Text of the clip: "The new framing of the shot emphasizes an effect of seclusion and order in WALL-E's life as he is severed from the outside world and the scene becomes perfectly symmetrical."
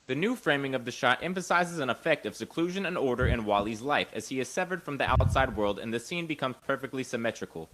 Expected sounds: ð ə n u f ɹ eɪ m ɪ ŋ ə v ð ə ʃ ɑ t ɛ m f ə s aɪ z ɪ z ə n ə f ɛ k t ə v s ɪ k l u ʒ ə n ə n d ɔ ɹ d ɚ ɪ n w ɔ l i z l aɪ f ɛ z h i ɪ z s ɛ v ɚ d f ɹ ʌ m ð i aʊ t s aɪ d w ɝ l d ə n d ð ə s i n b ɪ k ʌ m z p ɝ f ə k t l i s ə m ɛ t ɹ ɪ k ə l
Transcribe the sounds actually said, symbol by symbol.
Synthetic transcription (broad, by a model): ð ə n u f ɹ eɪ m ɪ ŋ ə v ð ə ʃ ɑ t ɛ m f ə s aɪ z ɪ z ə n ə f ɛ k t ə v s ɪ k l u ʒ ə n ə n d ɔ ɹ d ɚ ɪ n w ɔ l i z l aɪ f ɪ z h i ɪ z s ɛ v ɚ d f ɹ ʌ m ð i aʊ t s aɪ d w ɝ l d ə n ð ə s i n b ɪ k ʌ m z p ɝ f ə k t l i s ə m ɛ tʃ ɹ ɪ k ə l